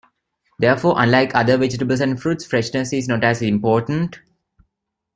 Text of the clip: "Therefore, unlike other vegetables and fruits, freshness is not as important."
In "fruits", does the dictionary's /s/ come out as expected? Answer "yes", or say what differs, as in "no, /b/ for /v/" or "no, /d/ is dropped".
yes